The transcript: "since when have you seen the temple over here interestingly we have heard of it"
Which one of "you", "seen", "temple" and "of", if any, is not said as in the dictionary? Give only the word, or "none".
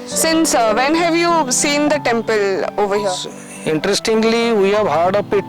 of